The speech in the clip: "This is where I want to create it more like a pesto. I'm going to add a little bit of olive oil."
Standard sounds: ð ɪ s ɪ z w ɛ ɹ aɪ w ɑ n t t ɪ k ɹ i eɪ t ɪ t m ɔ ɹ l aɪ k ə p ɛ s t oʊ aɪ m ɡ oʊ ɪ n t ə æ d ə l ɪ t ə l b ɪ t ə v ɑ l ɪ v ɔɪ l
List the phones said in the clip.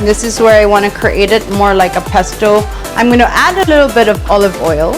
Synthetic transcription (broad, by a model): ð ɪ s ɪ z w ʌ ɹ aɪ w ɑ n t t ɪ k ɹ i eɪ t ɪ t m ɔ ɹ l aɪ k ə p ɛ s t oʊ aɪ m ɡ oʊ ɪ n t æ d ə l ɪ t l b ɪ t ə v ɑ l ɪ v ɔɪ l